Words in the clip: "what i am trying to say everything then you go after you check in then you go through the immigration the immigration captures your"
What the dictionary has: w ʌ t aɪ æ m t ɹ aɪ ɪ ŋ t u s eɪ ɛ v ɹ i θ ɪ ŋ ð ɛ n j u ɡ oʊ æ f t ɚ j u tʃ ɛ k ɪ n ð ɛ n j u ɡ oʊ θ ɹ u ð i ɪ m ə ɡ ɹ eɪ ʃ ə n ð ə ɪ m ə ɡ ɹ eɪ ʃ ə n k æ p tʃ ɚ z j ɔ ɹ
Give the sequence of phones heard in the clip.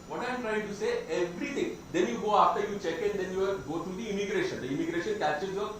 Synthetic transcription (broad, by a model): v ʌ t aɪ m t ɹ aɪ ɪ ŋ t u s eɪ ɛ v ɹ i t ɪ ŋ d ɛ n j u ɡ oʊ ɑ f t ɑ j u tʃ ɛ k ɪ n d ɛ n j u ɡ oʊ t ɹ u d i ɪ m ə ɡ ɹ eɪ ʃ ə n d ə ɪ m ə ɡ ɹ eɪ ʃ ə n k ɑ tʃ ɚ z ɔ